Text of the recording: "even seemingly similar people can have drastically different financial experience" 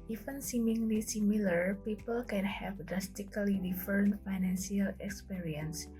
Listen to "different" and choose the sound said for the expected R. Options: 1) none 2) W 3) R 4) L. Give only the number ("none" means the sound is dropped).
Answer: 1